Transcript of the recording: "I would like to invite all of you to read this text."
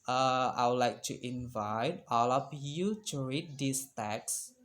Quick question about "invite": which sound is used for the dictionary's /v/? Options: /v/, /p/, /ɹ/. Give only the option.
/v/